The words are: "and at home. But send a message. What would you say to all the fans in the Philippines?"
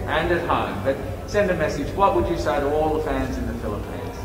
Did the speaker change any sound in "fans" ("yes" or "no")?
no